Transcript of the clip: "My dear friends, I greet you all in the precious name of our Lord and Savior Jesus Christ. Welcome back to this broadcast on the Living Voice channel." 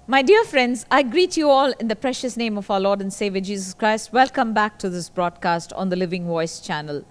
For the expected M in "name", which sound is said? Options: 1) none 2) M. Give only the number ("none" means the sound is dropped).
2